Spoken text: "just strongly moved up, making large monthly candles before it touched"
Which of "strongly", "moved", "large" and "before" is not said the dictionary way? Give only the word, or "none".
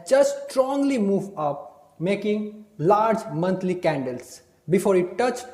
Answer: moved